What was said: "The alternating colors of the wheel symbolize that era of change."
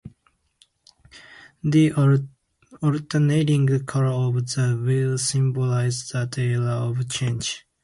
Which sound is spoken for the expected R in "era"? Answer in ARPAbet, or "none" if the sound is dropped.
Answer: L